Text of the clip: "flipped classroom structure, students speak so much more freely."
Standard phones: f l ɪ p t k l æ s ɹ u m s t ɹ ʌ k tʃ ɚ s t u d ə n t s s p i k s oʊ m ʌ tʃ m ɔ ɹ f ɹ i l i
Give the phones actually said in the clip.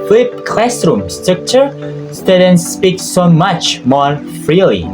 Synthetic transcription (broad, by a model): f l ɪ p k l æ s ɹ u m s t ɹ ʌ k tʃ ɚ s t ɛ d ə n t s s p i k s oʊ m ʌ tʃ m ɔ ɹ f ɹ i l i